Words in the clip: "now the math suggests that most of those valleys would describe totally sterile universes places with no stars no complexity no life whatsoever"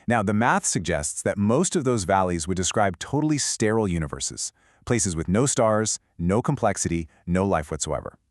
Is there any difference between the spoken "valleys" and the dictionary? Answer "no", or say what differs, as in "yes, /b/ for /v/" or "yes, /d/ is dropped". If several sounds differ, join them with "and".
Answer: no